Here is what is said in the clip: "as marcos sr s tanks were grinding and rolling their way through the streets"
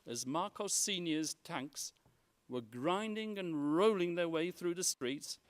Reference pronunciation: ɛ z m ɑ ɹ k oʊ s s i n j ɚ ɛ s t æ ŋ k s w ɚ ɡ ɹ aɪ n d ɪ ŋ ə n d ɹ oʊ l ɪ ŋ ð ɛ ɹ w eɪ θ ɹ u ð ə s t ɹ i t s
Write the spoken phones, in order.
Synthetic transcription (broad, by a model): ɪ z m ɑ ɹ k oʊ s s i n j ɚ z t æ ŋ k s w ɚ ɡ ɹ aɪ n d ɪ ŋ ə n ɹ oʊ l ɪ ŋ ð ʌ ɹ w eɪ θ ɹ u ð ə s t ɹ i t s